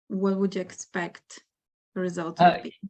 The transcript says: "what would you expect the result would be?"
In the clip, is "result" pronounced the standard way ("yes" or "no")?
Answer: yes